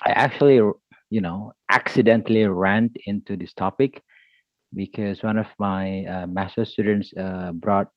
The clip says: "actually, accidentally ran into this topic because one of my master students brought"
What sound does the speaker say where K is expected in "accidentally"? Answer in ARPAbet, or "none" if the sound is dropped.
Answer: K